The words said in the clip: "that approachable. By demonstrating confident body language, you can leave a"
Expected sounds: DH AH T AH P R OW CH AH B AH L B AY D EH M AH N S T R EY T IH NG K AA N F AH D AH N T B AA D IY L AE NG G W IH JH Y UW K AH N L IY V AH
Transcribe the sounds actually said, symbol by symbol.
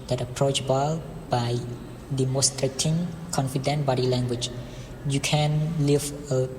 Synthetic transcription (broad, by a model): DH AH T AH P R OW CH B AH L B AY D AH M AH S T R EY T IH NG K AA N F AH D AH N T B AA D IY L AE NG G W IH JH Y UW K AH N L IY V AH